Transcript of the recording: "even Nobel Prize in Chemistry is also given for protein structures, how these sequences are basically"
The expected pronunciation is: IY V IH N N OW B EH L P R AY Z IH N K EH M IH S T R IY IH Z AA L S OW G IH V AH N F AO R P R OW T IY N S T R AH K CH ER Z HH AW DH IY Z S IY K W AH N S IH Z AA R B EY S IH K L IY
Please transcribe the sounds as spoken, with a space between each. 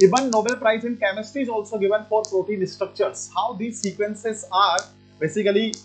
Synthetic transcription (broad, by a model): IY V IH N N OW B EH L P R AY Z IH N K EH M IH S T IY IH Z AA L S OW G IH V AH N F AO R P R OW T IY N S T R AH K CH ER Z HH AW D IY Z S IY K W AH N S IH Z AA R B EY S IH K L IY